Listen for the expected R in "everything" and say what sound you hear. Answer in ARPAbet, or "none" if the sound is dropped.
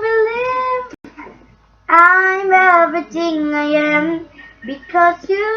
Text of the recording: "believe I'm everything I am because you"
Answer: none